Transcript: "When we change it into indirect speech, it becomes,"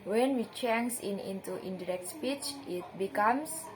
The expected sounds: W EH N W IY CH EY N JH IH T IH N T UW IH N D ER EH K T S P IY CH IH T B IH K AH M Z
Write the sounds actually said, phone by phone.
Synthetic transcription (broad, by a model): W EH N W IY CH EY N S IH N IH N T UW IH N D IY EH K T S P IY CH IH T B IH K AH M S